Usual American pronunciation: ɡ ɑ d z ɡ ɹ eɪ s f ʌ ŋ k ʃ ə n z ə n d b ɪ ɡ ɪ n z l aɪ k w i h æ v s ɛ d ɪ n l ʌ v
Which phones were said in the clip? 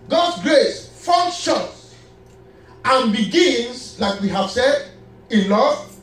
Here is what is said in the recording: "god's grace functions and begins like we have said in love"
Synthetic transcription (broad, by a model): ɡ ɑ d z ɡ ɹ eɪ s f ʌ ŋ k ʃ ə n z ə n b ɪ ɡ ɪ n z l aɪ k w i h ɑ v s ɛ d ɪ n l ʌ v